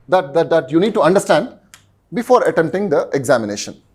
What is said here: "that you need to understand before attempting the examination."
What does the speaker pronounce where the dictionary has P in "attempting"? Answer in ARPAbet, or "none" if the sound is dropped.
none